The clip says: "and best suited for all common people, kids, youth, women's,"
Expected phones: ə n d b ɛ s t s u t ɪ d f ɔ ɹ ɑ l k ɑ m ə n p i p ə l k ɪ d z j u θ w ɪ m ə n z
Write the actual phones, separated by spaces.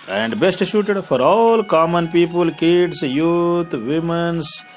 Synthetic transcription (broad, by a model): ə n d b ɛ s t ʃ u t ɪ d f ɔ ɹ ɑ l k ɑ m ə n p i p ə l k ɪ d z j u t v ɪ m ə n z